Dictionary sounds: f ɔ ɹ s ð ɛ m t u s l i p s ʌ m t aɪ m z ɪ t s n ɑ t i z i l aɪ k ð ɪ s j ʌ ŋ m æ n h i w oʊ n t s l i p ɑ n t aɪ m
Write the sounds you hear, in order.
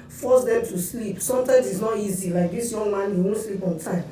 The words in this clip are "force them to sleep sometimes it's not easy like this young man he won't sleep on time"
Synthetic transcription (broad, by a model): f ɔ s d ɛ m t u s l i p s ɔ m t aɪ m s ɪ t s n ɑ t i z i l aɪ k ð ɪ s j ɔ ŋ m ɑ n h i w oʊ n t s l i p ɑ n t aɪ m